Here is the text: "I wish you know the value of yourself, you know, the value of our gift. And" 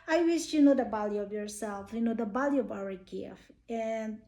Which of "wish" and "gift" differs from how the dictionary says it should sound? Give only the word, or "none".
gift